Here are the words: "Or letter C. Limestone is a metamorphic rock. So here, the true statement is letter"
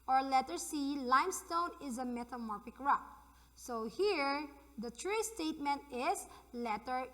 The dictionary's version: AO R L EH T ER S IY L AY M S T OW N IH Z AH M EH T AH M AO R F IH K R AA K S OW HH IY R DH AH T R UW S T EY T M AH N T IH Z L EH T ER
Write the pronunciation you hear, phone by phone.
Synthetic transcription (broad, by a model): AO R L EH T ER S IY L AY M S T OW N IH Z AH M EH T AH M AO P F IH K R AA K S OW HH IY R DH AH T R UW S T EY T M AH N T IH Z L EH T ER